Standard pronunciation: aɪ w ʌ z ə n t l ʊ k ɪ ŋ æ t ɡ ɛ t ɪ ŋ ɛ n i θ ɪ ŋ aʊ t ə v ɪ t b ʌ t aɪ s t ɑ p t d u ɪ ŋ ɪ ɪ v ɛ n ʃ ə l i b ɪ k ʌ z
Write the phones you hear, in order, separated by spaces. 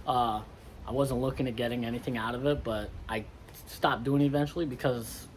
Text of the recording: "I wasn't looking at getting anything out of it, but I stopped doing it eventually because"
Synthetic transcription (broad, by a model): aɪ w ʌ z ə n t l ʊ k ɪ ŋ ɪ t ɡ ɛ t ɪ ŋ ɛ n i θ ɪ ŋ aʊ t ə v ɪ t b ʌ t aɪ s t ɑ p d u ɪ ŋ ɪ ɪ v ɛ n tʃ l i b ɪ k ʌ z